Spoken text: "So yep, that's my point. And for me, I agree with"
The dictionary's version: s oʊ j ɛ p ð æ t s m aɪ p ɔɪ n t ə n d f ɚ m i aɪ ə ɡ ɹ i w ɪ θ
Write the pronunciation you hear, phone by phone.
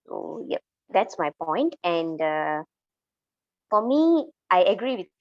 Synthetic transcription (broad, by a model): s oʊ j ɛ p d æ t s m aɪ p ɔɪ n t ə n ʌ f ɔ m i aɪ ə ɡ ɹ i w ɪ